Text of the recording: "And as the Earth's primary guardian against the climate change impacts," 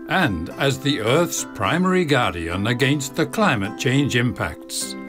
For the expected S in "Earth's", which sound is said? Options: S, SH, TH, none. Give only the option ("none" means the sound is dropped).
S